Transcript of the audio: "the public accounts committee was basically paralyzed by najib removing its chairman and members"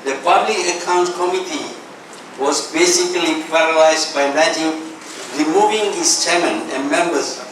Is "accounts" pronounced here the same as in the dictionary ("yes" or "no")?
no